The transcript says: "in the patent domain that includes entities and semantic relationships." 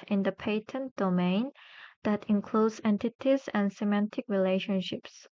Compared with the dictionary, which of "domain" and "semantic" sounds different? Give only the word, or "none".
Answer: none